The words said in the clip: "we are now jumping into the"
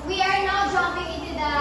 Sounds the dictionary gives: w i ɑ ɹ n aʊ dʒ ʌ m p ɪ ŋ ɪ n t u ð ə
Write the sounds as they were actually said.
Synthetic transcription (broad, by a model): w i ɑ ɹ n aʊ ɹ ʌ p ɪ ŋ ɪ n t u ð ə